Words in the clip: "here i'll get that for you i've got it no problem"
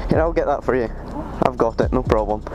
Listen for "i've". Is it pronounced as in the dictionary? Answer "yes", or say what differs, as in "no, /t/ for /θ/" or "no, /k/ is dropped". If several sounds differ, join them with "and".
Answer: yes